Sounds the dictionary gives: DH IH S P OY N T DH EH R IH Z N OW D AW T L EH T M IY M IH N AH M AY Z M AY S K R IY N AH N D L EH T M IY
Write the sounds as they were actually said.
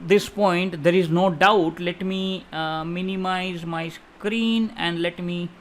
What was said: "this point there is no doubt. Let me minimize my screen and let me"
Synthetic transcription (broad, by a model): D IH S P OY N T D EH R IH Z N OW D AW T L EH T M IY M IH N AH M AY Z M AY S K R IY N AH N D L EH T M IY